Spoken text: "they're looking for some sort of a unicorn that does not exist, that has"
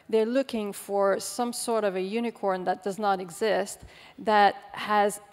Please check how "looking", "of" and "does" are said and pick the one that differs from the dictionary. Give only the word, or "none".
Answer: none